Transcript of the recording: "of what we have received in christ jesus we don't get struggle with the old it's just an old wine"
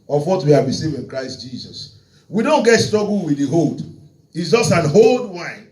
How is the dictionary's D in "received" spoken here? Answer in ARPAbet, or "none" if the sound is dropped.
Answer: none